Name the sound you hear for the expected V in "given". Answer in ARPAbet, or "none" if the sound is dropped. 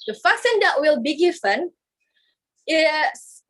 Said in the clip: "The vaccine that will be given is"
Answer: F